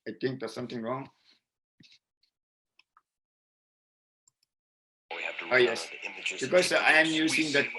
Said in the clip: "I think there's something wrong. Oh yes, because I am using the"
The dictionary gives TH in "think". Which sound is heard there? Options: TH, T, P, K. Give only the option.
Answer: T